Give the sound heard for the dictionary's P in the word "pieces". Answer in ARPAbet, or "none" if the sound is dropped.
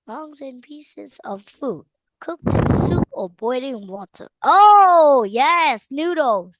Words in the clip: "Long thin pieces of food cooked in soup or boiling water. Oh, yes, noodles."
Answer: P